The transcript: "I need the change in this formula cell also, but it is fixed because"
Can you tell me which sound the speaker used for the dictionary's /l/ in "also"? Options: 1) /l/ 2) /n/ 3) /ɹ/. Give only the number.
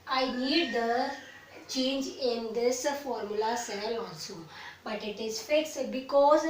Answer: 2